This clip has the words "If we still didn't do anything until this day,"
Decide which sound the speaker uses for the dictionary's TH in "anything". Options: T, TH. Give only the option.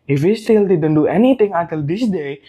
T